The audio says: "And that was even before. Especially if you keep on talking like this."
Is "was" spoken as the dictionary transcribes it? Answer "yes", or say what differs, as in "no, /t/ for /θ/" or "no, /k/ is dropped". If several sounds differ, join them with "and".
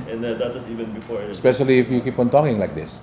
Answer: no, /s/ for /z/